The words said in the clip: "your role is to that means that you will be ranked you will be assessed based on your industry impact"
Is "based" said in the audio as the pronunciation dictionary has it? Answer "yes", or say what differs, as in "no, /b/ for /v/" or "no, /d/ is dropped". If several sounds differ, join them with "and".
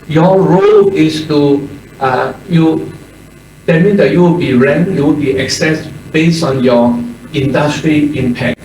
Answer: no, /t/ is dropped